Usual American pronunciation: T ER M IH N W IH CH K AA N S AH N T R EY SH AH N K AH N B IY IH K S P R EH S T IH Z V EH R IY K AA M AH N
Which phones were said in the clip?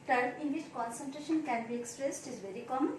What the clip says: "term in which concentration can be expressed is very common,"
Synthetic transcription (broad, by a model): T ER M IH N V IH CH K AA N S AH N T R EY SH AH N K AH N B IY IH K S P R EH S T IH Z V EH R IY K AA M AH N